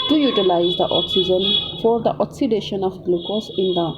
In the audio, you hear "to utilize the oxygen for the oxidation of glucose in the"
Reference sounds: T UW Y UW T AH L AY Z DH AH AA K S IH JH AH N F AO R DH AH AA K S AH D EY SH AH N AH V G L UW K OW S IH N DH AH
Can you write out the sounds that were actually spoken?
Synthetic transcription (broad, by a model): T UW Y UW T AH L AY Z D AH AA K S IH JH AH N F AO R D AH AA K S AH D EY SH AH N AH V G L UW K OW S IH N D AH